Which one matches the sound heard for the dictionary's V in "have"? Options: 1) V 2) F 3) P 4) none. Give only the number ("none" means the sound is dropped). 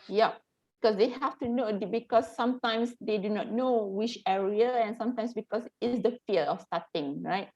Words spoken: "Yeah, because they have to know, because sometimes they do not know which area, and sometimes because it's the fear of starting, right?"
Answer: 2